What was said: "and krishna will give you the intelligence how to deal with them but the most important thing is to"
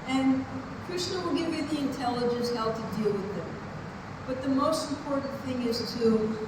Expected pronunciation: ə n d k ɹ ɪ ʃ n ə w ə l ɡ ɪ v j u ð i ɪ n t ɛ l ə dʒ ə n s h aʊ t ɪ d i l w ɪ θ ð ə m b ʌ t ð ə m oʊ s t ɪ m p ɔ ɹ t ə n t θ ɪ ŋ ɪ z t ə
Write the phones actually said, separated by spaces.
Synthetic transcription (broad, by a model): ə n k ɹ ɪ s n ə w ə l ɡ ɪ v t ð i ɪ n t ɛ l ə dʒ ə n s h aʊ t ɪ d i l w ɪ ð ə m b ʌ t ð ə m oʊ s t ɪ m p ɔ ɹ t n θ ɪ ŋ ɪ z t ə